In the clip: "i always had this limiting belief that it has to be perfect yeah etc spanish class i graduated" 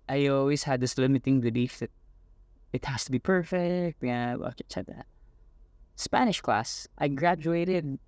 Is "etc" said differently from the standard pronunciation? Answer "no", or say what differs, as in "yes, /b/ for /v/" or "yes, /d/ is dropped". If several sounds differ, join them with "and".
yes, /s/ is dropped